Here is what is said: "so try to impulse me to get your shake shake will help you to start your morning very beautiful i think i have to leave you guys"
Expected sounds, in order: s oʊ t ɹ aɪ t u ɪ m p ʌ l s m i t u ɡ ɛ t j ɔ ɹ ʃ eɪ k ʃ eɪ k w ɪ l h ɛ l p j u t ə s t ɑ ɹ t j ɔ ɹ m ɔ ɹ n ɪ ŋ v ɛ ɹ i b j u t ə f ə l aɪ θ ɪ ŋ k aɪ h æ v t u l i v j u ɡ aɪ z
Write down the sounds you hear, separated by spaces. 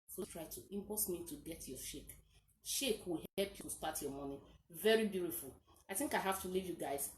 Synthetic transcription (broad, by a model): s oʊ t ɹ aɪ t u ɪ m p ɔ s m i t u ɡ ɛ t j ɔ ʃ eɪ k ʃ eɪ k w ɪ l h ɛ l p j u s t ɑ t j ɔ m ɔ n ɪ v ɛ ɹ i b j u t ə f ə l aɪ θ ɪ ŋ k aɪ h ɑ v t u l i v j u ɡ aɪ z